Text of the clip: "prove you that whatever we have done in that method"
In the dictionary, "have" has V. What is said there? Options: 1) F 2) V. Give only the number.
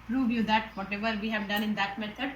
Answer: 2